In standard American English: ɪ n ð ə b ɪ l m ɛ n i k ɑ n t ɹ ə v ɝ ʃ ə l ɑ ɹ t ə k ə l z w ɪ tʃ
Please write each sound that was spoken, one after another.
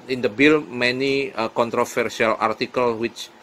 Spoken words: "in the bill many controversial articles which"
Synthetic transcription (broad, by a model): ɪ n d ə b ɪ l m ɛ n i k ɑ n t ɹ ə f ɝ s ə l ɑ ɹ t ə k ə l w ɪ tʃ